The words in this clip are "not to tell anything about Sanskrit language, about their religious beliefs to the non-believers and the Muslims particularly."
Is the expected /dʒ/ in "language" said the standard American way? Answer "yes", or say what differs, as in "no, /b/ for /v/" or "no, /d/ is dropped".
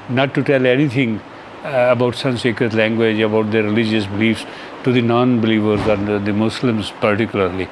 yes